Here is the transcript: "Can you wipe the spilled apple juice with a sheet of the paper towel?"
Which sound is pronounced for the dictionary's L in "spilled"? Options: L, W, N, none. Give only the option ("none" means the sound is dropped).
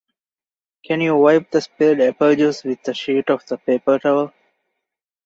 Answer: none